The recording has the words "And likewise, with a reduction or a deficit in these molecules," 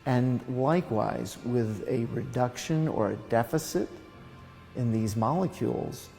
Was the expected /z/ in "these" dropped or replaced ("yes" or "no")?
no